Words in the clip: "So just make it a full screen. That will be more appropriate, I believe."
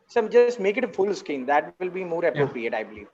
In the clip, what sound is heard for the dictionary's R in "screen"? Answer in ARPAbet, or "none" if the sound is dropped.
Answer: none